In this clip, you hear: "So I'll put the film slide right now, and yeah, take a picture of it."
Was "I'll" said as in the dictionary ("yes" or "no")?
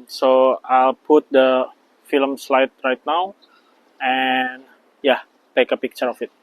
yes